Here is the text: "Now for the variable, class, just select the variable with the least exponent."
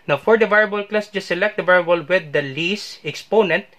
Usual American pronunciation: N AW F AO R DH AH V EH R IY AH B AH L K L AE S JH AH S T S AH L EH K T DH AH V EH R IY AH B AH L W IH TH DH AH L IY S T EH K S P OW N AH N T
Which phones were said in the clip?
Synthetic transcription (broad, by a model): N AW F AO R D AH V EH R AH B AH L K L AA S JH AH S S AH L EH K T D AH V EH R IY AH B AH L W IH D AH L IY S EH K S P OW N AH N T